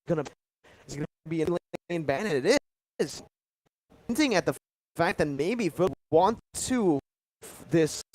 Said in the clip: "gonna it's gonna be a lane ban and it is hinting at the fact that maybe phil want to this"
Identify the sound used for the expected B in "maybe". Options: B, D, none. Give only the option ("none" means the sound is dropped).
B